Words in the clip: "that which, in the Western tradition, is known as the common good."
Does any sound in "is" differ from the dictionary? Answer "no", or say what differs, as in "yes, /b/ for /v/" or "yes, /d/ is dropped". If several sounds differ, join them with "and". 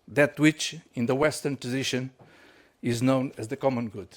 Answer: no